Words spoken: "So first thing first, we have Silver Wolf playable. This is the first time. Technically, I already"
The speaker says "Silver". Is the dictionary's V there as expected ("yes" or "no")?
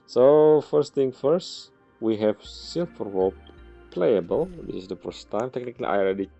no